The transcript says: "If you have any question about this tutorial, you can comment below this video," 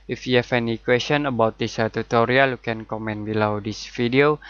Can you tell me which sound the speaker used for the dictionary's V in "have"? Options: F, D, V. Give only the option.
F